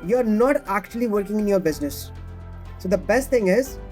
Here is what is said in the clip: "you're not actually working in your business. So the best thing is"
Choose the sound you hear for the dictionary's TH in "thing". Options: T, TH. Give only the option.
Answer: T